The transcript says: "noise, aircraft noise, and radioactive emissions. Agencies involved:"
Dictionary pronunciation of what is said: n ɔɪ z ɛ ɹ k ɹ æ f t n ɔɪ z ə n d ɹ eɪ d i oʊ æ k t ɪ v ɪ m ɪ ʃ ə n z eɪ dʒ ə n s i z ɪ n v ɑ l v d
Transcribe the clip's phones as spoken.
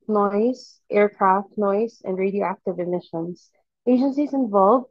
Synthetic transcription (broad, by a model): n ɔɪ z ɛ ɹ k ɹ æ f t n ɔɪ z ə n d ɹ eɪ d i oʊ æ k t ɪ v ɪ m ɪ ʃ ə n z eɪ dʒ ə n s i z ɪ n v ɑ l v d